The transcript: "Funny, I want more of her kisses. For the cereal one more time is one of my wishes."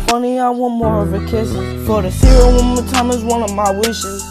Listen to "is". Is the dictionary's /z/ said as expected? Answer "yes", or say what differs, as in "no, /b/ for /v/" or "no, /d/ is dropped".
yes